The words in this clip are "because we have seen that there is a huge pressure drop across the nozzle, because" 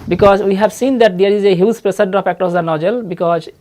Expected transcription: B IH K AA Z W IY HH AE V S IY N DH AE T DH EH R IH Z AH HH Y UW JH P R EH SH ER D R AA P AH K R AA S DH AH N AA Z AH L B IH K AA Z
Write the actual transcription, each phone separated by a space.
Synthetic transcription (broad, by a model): B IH K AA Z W IY HH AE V S IY N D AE T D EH R IH Z AH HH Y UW Z P R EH S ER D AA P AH K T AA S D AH N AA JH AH L B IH K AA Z